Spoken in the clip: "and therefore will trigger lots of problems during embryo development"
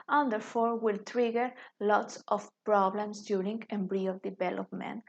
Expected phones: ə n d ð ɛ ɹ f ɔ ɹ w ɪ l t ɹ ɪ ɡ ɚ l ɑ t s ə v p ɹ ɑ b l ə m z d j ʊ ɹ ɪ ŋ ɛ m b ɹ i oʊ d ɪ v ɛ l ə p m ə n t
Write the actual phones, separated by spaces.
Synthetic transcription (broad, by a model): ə n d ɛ ɹ f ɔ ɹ w ɪ l t ɹ ɪ ɡ ɚ l ɑ t s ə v p ɹ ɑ b l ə m s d j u ɹ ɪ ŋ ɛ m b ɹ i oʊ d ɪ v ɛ l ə p m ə n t